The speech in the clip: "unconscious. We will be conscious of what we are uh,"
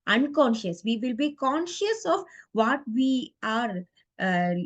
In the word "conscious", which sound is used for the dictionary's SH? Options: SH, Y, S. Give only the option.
SH